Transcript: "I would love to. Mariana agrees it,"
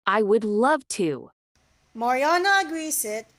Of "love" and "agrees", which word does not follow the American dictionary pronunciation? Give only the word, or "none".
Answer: agrees